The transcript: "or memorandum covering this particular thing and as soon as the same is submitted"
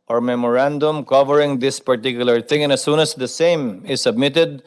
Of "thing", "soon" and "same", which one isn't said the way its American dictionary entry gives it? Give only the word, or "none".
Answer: thing